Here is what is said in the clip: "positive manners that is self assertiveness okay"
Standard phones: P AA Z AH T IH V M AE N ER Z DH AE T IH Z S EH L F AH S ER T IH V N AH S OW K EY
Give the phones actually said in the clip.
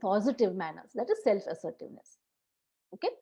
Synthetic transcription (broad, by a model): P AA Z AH T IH V M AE N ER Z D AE T IH Z S EH L F AH S ER T IH V N AH S OW K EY